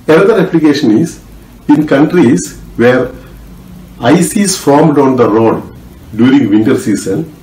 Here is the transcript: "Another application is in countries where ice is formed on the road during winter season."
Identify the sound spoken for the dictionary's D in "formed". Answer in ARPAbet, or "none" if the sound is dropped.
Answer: D